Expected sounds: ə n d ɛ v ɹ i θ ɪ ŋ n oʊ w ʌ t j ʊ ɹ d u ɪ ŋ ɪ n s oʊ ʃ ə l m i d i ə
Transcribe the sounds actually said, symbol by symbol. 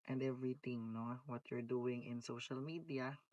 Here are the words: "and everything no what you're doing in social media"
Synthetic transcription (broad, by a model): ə n d ɛ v ɹ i t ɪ ŋ n oʊ w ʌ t j ʊ ɹ d u ɪ ŋ ɪ n s oʊ ʃ ə l m i d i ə